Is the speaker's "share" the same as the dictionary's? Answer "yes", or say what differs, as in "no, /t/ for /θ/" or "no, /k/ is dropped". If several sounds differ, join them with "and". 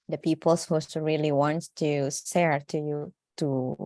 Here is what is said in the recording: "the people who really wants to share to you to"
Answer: no, /s/ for /ʃ/